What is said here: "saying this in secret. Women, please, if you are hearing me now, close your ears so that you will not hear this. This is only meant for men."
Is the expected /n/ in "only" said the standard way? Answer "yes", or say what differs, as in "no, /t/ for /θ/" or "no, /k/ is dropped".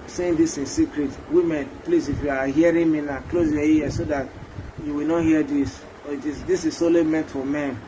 no, /n/ is dropped